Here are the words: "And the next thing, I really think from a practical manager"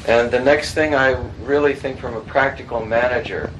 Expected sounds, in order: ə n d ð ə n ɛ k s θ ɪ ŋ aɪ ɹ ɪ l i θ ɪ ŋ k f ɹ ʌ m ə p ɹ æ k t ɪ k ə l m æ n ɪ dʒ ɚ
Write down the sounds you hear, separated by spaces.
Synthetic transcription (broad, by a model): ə n ð ə n ɛ k s θ ɪ ŋ aɪ ɹ ɪ l i θ ɪ ŋ k f ɹ ʌ m ə p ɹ æ k t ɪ k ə l m æ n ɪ dʒ ɚ